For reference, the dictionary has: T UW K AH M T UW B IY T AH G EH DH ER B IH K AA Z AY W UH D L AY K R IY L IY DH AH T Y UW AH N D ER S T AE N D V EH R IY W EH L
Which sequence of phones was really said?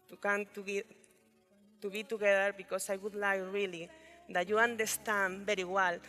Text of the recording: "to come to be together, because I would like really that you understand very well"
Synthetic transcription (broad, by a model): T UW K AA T T UW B IY T AH G EH DH ER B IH K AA S AY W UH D L AY K R IY L IY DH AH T Y UW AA N D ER S T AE N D B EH R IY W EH L